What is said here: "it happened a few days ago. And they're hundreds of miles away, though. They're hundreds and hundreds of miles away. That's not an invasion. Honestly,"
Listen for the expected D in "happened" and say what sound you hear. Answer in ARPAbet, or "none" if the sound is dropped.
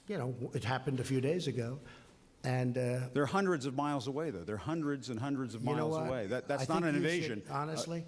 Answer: D